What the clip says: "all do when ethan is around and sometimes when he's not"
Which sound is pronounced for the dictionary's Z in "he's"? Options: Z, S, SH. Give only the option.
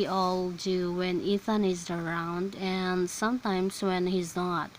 Z